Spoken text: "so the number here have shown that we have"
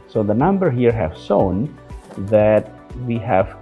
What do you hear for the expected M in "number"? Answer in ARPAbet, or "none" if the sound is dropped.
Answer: M